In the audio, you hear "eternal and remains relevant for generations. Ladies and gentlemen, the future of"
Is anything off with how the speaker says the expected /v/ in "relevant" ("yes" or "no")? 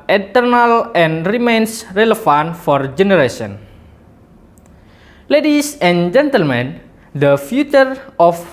yes